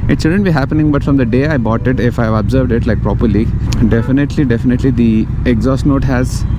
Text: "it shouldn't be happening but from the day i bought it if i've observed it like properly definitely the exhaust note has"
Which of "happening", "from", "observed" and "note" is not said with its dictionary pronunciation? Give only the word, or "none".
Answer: none